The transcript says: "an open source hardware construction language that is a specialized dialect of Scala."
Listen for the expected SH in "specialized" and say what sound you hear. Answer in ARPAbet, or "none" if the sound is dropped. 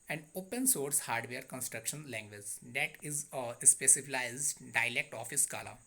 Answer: S